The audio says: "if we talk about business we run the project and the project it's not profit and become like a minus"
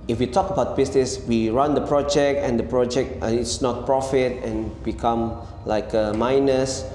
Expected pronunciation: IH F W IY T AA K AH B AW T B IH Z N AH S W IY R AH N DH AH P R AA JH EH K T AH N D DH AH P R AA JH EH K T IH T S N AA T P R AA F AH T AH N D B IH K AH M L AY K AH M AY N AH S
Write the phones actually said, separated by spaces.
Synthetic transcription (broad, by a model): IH F W IY T AA K AH B AW T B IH S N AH S W IY R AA N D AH P R AA JH EH K T AH N D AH P R AA JH EH K T IH T S N AA T P R AA F AH T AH N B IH K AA M L AY K AH M AY N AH S